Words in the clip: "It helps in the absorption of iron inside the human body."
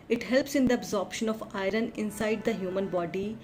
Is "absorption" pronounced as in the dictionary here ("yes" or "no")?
yes